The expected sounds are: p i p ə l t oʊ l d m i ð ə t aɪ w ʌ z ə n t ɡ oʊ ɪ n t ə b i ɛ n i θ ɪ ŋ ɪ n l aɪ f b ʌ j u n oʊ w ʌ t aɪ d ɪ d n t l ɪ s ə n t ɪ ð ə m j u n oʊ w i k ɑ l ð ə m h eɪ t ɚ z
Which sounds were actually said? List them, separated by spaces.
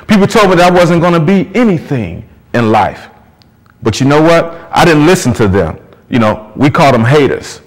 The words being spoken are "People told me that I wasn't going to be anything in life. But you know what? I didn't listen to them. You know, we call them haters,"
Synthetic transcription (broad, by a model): p i p l t oʊ l d m i ð ə t aɪ w ʌ z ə n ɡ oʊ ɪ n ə b i ɛ n i θ ɪ ŋ ɪ n l aɪ f b ʌ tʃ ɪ n oʊ w ʌ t aɪ d ɪ d n t l ɪ s n t ɪ ð ə m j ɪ n oʊ w i k ɑ l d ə m h eɪ t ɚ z